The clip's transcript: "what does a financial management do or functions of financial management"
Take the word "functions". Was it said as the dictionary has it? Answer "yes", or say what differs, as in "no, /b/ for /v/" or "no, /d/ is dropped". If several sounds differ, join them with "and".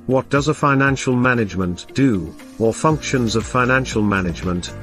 yes